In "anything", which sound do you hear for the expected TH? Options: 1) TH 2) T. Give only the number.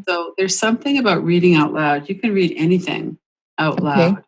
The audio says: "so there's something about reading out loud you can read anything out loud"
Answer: 1